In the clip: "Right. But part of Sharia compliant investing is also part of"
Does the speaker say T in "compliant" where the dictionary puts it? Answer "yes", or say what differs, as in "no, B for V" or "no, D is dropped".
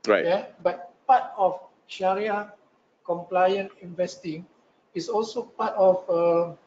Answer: no, T is dropped